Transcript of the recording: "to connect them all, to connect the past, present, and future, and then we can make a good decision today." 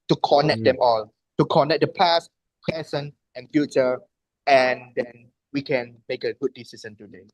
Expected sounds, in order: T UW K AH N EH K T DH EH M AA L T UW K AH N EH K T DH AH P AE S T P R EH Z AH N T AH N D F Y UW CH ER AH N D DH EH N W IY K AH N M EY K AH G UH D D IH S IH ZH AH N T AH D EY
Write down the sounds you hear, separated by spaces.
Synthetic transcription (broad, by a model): T UW K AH N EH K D EH M AA L T UW K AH N EH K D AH P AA S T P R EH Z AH N AH N F Y UW CH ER AH N D EH N W IY K AH N M EY K AH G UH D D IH S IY SH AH N T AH D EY